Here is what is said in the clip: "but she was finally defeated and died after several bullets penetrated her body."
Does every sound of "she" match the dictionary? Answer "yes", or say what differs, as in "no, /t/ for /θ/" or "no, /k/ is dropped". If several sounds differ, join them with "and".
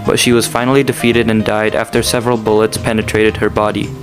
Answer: yes